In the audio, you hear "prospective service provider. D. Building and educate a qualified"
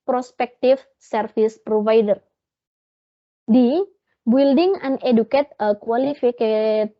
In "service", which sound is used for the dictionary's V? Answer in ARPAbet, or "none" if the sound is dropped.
F